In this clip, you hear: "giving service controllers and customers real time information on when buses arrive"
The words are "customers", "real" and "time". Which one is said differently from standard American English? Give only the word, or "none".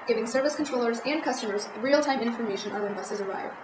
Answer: none